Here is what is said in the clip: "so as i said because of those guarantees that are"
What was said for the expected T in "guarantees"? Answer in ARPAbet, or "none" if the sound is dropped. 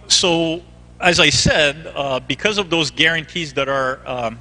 T